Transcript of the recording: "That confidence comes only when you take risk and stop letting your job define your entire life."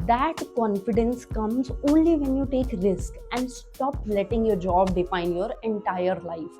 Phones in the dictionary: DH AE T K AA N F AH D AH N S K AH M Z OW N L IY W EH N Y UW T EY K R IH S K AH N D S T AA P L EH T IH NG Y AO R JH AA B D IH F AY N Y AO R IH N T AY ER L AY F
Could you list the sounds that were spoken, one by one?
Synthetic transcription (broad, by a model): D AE T K AA N F AH D AH N S K AH M Z OW N L IY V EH N Y UW T EY K R IH S K AH N D S T AA P L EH T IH NG Y AO R JH AA B D IH F AY N Y AO R IH N T AY ER L AY F